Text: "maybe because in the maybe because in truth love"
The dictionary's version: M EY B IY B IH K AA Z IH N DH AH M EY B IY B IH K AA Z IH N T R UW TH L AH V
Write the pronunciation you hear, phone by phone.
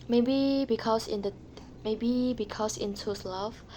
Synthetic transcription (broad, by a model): M EY B IY B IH K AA S IH N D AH M EY B IY B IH K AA S IH N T UW S L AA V